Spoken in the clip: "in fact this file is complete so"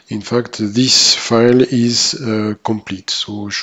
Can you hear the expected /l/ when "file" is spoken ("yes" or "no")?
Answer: yes